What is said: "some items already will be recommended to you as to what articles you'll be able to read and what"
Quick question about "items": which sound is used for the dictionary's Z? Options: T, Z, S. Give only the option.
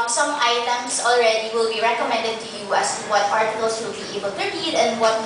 S